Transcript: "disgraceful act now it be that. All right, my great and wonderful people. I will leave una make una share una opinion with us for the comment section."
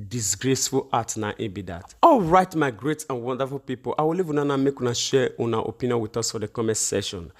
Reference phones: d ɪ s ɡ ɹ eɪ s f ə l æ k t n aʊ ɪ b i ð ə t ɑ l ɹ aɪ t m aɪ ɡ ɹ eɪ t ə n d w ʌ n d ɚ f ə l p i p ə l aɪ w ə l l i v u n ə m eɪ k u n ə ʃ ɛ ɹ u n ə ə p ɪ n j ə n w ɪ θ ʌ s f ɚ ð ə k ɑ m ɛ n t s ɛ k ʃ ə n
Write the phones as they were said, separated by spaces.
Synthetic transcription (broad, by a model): d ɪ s ɡ ɹ eɪ s f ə l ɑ t n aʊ ɪ b i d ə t ɑ l ɹ aɪ t m aɪ ɡ ɹ eɪ t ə n w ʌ n d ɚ f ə l p i p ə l aɪ w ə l l i v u n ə m eɪ k u n ə ʃ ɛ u n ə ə p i n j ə n w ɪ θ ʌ s f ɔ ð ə k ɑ m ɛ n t s ɛ ʃ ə n